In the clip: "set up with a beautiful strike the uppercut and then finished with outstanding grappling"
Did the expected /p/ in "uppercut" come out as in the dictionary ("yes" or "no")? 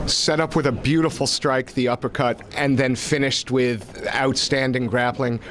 yes